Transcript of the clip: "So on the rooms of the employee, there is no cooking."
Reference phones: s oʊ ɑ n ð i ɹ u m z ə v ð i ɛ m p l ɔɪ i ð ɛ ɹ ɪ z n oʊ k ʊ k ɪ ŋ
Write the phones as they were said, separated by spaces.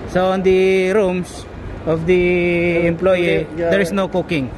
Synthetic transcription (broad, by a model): s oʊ ɑ n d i ɹ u m s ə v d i ɛ m p l ɔɪ i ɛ ɹ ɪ s n oʊ k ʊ k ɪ ŋ